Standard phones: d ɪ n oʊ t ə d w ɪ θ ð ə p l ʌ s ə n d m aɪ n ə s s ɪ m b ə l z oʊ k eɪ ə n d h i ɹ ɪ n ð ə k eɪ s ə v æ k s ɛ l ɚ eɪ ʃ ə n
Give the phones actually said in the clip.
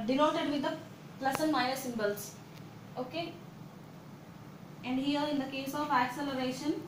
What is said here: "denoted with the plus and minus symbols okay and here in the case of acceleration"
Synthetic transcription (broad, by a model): d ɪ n oʊ t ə d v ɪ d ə p l ʌ s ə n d m aɪ ə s s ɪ m b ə l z oʊ k eɪ ə n d h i ɹ ɪ n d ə k eɪ s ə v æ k s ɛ l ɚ eɪ ʃ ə n